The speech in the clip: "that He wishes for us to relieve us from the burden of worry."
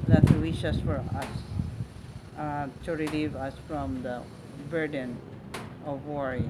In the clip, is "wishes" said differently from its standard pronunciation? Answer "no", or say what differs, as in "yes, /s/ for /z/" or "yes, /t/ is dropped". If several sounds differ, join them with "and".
yes, /s/ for /z/